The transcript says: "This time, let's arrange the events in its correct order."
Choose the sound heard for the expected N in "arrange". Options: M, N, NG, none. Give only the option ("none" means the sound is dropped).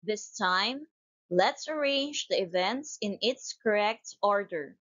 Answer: N